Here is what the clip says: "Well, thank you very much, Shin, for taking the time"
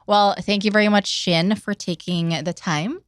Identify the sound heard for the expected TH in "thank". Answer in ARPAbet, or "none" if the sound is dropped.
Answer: TH